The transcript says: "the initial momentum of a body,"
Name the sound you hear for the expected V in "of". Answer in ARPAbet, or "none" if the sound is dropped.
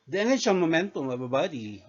B